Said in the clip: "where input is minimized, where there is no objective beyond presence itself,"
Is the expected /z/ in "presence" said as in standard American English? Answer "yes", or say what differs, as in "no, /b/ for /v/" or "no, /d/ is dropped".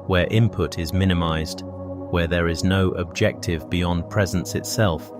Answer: yes